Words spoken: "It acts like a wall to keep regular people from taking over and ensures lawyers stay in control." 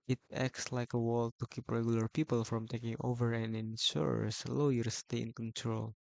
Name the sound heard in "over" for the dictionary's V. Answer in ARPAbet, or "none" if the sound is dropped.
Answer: V